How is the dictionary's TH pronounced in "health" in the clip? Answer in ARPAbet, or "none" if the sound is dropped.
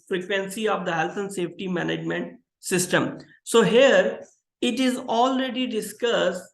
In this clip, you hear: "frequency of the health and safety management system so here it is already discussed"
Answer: T